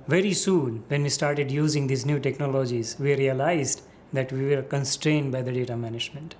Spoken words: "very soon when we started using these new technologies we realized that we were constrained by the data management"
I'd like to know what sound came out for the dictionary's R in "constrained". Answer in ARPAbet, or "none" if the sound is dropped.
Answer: R